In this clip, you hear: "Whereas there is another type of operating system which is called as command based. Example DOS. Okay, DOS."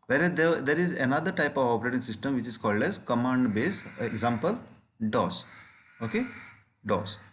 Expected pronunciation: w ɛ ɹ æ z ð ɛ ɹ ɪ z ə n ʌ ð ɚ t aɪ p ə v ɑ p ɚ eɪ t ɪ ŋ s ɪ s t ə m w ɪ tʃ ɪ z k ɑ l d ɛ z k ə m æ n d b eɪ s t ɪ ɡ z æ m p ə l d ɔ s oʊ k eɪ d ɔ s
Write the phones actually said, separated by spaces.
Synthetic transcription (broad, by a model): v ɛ ɹ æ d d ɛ ɹ ɪ z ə n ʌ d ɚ t aɪ p ə v ɑ p ɚ eɪ t ɪ ŋ s ɪ s t ə m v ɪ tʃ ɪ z k ɑ l d ɛ z k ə m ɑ n d b eɪ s ɪ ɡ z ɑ m p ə l d ɔ s oʊ k eɪ d ɔ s